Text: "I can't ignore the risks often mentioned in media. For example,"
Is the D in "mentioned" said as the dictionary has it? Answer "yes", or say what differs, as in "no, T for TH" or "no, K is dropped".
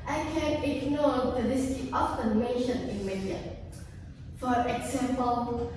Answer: no, D is dropped